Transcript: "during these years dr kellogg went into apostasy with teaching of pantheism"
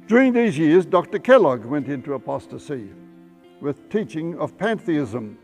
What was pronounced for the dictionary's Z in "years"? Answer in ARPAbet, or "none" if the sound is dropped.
Z